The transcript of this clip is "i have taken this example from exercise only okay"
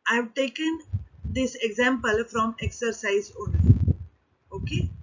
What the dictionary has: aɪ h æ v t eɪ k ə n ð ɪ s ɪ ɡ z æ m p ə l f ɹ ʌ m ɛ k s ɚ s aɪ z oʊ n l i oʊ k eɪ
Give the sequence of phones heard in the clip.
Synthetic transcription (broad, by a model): aɪ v t eɪ k ə n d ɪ s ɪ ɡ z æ m p ə l f ɹ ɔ m ɛ k s ɚ s aɪ z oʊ n i oʊ k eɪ